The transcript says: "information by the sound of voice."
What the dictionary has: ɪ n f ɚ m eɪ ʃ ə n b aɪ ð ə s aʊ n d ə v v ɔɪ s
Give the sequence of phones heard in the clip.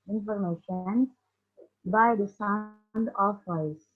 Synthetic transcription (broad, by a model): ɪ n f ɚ m eɪ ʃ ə n b aɪ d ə s aʊ n d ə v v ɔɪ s